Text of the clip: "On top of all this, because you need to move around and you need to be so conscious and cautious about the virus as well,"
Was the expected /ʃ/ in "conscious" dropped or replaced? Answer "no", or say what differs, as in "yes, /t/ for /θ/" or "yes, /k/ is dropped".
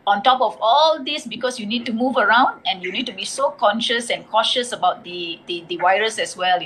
no